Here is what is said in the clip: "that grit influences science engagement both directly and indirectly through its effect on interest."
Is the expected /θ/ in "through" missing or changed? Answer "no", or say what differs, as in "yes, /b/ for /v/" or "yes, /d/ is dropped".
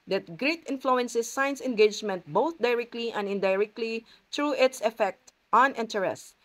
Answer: yes, /t/ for /θ/